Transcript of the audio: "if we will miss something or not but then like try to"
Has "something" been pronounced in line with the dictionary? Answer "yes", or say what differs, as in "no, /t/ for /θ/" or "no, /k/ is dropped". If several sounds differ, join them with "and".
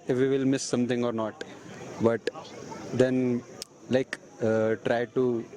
no, /t/ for /θ/